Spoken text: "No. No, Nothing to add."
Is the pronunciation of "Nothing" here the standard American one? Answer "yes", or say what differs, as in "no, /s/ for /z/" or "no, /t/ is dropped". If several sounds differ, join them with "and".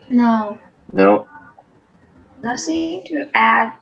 no, /s/ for /θ/